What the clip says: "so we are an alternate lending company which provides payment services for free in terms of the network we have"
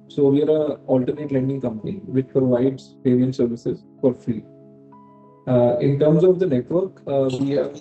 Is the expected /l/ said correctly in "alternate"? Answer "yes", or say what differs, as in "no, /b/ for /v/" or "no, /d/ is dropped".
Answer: yes